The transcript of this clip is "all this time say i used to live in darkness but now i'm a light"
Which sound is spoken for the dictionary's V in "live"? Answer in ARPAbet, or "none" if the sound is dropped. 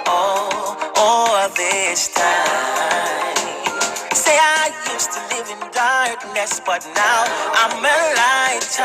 V